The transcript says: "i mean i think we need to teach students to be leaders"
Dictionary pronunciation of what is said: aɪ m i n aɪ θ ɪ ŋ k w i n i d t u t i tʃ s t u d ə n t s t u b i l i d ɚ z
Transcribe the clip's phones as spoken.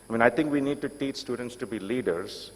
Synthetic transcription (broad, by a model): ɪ m i n aɪ t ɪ ŋ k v i n i d t u t i tʃ s t u d ə n t s t u b i l i d ɚ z